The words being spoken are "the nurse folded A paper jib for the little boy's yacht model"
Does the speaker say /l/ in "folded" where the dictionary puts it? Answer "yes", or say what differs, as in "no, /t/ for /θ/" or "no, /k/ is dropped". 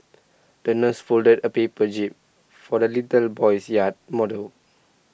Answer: yes